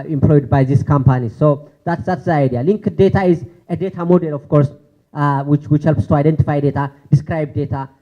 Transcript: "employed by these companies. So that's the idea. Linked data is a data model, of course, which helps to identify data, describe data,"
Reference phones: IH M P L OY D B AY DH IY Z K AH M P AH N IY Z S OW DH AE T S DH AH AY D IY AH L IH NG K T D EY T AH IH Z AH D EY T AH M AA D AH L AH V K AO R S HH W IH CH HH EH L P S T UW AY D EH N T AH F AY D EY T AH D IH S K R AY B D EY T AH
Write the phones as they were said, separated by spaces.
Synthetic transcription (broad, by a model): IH M P L OY D B AY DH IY S K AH M P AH N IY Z S OW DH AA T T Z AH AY D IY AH L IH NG K D EY T AH IH Z AH D EY T AH M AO D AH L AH F K AO R S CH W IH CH HH EH L P S T UW AY D EH N T AH F AY D EY T AH D IH S K R AY B D EY T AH